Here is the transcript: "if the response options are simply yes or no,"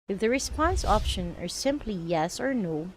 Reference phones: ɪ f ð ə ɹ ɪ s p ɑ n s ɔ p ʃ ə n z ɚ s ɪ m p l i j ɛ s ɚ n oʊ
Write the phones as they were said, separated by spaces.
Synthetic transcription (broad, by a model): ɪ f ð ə ɹ ɪ s p ɑ n s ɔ p ʃ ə n ɚ s ɪ m p l i j ɛ s ɚ n oʊ